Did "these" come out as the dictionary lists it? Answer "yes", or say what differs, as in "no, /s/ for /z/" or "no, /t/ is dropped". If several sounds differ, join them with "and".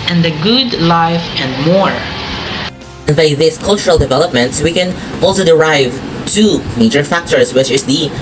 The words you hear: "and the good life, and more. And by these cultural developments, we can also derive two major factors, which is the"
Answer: no, /s/ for /z/